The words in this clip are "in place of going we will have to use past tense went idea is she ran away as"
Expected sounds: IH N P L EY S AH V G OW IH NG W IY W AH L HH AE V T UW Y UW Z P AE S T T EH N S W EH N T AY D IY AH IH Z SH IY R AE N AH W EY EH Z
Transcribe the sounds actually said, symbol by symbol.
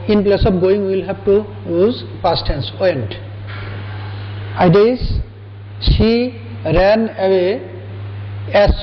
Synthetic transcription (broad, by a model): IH N P L EY S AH P G OW IH NG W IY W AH L HH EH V T UW Y UW Z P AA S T T EH N S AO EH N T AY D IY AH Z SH IY R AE N AH W EY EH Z